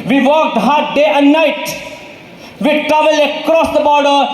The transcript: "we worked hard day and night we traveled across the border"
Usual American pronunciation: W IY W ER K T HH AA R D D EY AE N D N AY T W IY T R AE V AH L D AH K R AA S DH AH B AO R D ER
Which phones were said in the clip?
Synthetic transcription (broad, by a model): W IY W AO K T HH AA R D D EY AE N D N AY T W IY T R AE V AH L AH K R AA S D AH B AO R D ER